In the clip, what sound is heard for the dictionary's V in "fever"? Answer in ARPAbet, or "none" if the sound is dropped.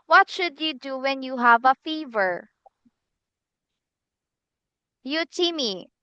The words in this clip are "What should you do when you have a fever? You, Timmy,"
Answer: V